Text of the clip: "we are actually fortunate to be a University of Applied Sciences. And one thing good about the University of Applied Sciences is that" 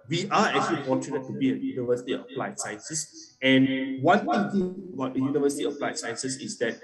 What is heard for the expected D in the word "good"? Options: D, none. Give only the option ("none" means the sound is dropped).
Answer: none